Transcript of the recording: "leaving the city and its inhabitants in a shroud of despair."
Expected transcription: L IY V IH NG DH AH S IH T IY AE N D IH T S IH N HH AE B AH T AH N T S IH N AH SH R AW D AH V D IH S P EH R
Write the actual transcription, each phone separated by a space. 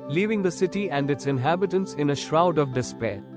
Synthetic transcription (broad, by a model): L IY V IH NG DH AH S IH T IY AE N D IH T S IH N HH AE B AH T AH N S IH N AH SH R AW D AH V D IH S P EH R